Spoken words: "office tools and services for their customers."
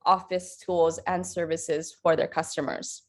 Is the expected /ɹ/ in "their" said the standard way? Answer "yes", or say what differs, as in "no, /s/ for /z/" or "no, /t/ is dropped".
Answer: yes